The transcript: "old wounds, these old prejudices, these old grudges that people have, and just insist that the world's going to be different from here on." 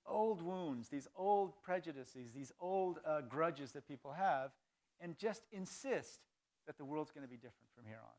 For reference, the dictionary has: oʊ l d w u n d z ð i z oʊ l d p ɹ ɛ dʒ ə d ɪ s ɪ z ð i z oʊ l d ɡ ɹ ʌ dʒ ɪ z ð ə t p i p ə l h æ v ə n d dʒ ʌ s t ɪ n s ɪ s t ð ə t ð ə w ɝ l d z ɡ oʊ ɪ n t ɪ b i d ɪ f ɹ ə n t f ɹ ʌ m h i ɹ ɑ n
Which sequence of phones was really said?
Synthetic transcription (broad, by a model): oʊ l d w u n d z ð i z oʊ l d p ɹ ɛ dʒ ə d ɪ s ɪ z ð i z oʊ l d ɡ ɹ ʌ dʒ ɪ z ð ə t p i p l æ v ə n dʒ ʌ s t ɪ n s ɪ s t ð ə t ð ə w ɝ l d z ɡ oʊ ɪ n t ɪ b i d ɪ f ɹ ə n t f ɹ ʌ m h i ɹ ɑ n